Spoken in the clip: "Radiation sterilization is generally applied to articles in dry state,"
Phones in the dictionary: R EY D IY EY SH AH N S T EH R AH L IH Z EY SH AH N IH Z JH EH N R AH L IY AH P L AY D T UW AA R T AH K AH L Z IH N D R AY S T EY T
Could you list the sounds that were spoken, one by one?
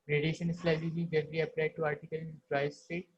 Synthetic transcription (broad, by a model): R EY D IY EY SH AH N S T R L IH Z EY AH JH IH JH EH R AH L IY AH P L AY D T UW AA R T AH K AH L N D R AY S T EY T